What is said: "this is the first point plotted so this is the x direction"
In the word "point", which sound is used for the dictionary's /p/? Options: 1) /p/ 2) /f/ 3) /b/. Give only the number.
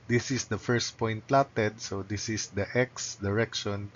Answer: 1